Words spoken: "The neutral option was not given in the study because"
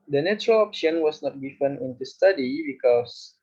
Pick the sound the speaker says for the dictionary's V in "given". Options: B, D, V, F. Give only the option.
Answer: F